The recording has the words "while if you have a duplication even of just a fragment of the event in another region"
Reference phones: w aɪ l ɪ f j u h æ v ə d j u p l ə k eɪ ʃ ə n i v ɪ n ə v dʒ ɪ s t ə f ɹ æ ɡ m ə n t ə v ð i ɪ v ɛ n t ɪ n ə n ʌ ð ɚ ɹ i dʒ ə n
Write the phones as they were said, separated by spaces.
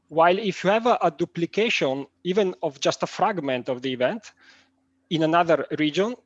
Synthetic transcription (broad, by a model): w aɪ l ɪ f j u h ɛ v ə d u p l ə k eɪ ʃ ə n i v ɪ n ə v dʒ ɪ s t ə f ɹ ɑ ɡ m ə n t ə v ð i v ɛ n t ɪ n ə n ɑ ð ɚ ɹ i dʒ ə n